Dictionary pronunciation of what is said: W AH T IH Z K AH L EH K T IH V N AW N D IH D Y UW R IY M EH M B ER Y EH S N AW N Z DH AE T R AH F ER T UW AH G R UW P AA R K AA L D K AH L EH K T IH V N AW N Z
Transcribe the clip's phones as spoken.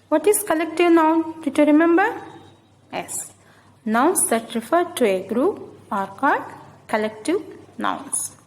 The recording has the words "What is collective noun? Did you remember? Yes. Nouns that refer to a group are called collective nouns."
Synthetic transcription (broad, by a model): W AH T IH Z K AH L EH K T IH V N AW N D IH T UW R IY M EH M B ER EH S N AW N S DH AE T R AH F ER T UW AH G R UW P AA R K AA D K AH L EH K T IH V N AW N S